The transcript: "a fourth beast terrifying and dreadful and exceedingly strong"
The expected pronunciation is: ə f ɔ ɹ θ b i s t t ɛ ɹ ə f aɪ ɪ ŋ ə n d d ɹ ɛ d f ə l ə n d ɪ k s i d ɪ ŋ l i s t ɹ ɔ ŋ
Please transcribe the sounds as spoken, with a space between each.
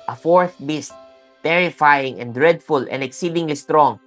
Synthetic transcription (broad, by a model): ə f ɔ ɹ θ b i s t t ɛ ɹ ə f aɪ ɪ ŋ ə n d d ɹ ɛ d f ə l ə n d ɪ k s i d ɪ ŋ l i s t ɹ ɔ ŋ